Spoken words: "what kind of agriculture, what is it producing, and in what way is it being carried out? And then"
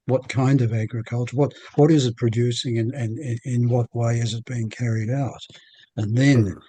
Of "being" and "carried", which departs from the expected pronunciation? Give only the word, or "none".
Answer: none